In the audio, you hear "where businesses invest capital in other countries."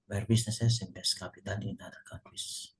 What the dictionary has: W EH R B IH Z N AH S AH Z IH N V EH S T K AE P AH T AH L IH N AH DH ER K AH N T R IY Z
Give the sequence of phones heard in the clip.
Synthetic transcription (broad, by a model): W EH R B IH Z N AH S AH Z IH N B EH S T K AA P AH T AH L IH N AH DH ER K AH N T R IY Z